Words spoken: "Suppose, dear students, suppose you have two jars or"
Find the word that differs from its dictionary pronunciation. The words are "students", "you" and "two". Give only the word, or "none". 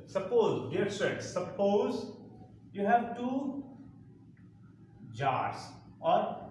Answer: students